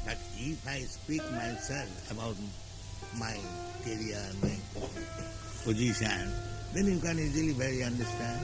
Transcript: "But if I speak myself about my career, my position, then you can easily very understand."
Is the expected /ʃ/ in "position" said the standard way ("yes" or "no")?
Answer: no